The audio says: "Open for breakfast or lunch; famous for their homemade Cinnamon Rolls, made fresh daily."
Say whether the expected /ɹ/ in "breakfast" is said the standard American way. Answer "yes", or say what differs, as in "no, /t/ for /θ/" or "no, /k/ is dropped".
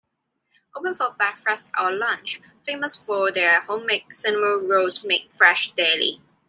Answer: no, /ɹ/ is dropped